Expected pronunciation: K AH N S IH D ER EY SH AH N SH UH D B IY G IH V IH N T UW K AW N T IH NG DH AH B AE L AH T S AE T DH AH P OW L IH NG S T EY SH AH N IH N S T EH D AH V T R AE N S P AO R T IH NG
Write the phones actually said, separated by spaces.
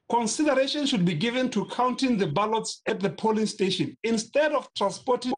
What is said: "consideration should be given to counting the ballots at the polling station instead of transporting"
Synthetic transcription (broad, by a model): K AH N S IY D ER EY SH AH N SH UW D B IY G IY V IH N T UW K AW N T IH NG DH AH B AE L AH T S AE T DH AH P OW L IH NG S T EY SH AH N IH N S T EH D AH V T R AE N S P AO T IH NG